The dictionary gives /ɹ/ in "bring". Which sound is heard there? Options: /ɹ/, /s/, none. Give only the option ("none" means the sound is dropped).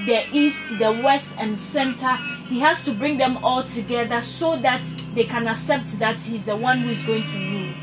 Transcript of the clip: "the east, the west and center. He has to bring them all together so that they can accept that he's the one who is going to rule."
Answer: /ɹ/